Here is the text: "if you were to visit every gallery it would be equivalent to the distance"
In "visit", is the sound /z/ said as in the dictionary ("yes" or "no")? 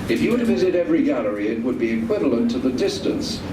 yes